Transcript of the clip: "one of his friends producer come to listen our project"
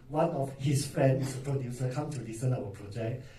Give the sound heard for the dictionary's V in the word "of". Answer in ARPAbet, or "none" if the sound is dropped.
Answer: F